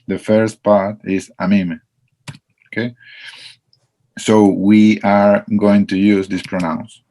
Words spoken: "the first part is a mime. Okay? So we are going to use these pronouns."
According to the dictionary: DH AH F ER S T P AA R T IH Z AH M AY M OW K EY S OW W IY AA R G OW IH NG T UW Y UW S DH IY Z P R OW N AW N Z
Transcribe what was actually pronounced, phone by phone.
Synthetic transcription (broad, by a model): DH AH F ER S T P AA R T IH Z AH M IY M OW K EY S OW W IY AA R G OW IH NG T UW Y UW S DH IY S P R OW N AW N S